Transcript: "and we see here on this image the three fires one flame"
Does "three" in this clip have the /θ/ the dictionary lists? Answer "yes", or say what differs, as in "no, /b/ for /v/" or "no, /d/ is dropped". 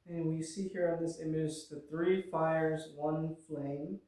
yes